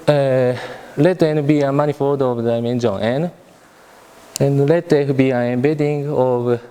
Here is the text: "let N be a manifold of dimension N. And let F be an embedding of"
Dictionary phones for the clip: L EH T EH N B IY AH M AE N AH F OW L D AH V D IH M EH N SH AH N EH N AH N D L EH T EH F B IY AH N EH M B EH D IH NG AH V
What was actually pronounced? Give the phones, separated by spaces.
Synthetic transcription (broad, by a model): L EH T EH N B IY AH M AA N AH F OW D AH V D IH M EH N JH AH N EH N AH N L EH T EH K B IY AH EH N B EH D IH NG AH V